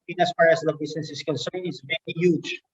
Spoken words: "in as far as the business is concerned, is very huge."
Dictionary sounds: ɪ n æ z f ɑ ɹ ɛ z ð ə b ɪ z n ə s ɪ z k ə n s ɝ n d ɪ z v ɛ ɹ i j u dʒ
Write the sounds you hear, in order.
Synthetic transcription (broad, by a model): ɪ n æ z f ɑ ɹ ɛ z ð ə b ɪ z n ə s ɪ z k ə n s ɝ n ɪ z v ɛ ɹ i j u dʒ